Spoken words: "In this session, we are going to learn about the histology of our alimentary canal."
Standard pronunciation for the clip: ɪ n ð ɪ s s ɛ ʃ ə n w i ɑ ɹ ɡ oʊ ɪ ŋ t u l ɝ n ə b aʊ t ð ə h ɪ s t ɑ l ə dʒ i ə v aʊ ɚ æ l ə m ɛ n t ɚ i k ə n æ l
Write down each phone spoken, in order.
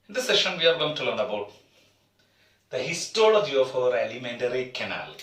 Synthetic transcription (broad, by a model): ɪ n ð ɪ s s ɛ ʃ ə n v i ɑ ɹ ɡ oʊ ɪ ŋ t u l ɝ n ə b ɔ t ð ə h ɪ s t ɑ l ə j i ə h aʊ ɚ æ l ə m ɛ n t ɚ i k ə n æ l